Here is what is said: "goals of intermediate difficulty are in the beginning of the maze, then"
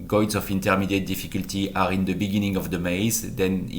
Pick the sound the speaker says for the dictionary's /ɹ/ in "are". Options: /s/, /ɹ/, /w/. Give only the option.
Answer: /ɹ/